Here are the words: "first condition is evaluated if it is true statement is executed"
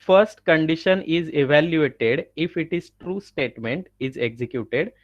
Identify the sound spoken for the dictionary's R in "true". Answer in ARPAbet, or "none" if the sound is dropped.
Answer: R